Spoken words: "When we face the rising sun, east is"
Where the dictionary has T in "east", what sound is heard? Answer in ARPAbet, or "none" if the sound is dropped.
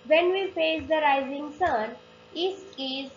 none